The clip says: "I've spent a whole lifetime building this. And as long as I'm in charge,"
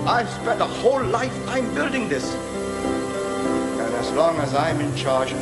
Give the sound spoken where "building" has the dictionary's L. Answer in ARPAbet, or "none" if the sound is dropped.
L